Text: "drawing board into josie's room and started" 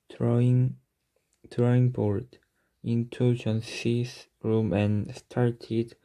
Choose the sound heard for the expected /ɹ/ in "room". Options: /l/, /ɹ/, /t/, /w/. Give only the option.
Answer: /ɹ/